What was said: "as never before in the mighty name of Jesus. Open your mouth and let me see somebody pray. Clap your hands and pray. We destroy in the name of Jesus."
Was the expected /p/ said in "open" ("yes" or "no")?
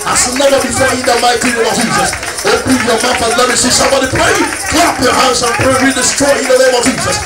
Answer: no